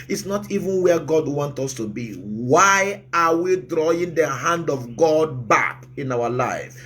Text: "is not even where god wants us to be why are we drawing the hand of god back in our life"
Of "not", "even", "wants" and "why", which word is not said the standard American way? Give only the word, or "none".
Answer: wants